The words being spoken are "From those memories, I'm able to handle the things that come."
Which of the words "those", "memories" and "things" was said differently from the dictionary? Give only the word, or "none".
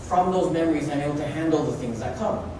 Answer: none